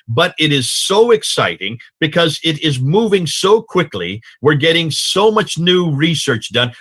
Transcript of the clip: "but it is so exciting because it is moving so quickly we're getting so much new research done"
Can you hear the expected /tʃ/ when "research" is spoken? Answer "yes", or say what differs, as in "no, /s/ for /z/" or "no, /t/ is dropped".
yes